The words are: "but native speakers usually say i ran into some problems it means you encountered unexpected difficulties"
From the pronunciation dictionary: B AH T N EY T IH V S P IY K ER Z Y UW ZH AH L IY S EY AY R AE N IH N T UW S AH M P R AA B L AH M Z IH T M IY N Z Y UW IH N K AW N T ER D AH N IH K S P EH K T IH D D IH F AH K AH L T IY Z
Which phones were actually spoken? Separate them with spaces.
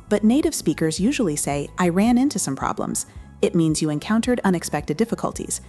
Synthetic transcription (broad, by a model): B AH T N EY T IH V S P IY K ER Z Y UW ZH L IY S EY AY R AE N IH N T UW S AH M P R AA B L AH M Z IH T M IY N Z Y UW IH N K AW N T ER D AH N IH K S P EH K T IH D D IH F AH K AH L T IY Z